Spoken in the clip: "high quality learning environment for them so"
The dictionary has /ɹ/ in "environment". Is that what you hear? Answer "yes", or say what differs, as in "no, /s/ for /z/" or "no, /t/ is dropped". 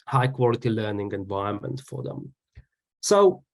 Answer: no, /ɹ/ is dropped